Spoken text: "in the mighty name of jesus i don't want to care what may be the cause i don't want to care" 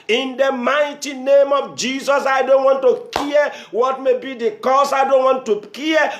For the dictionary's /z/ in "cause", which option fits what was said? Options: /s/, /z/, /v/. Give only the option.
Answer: /s/